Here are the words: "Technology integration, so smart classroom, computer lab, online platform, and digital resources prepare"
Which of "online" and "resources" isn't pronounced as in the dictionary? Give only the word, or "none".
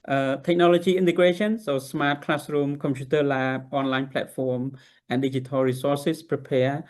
resources